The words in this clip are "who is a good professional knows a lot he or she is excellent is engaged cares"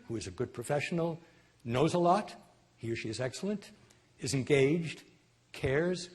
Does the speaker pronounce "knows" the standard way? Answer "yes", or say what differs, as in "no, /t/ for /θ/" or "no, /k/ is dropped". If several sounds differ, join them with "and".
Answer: yes